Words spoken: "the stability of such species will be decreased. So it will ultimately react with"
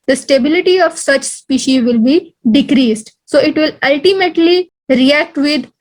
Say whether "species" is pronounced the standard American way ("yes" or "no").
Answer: yes